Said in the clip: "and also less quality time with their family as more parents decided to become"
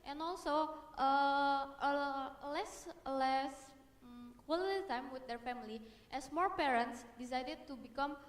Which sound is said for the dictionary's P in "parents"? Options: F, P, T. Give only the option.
P